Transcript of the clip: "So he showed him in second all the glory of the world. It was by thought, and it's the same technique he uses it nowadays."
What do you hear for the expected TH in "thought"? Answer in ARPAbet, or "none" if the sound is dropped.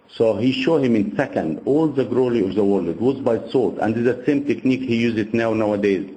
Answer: S